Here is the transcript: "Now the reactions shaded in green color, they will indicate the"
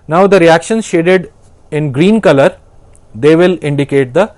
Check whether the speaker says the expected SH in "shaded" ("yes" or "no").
yes